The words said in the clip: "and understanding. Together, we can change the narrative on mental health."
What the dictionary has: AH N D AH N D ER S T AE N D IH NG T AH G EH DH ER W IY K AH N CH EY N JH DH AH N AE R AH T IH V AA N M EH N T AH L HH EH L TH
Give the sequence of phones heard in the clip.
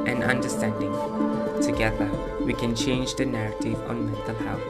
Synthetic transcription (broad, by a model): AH N AH N D ER S T AE N D IH NG T AH G EH DH ER W IY K AH N CH EY N JH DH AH N AE R AH T IH V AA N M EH T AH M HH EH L